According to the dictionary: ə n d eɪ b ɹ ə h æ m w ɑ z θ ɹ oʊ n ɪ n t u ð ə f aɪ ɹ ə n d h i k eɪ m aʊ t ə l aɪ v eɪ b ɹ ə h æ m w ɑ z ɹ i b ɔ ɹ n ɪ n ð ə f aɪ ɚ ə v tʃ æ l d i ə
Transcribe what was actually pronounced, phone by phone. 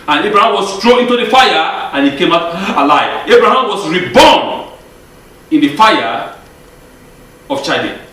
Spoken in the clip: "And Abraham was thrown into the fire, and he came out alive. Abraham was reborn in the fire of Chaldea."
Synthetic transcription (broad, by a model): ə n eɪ b ɹ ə h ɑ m w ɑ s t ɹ oʊ ɪ n t u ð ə f aɪ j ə n h i k eɪ m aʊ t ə l aɪ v eɪ b ɹ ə h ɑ m w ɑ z ɹ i b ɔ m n ɪ n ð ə f aɪ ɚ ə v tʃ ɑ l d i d